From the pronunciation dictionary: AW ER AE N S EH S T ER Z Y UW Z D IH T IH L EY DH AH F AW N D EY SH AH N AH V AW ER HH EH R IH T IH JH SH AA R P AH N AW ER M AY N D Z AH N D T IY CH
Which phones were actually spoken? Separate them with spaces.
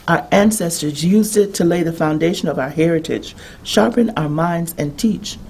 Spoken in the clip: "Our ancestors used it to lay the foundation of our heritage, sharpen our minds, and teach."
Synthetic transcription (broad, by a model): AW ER AE N S EH S T ER Z Y UW Z D IH T IH L EY DH AH F AW N D EY SH AH N AH V AW ER HH EH R IH T IH JH SH AA R P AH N AW ER M AY N D Z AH N T IY CH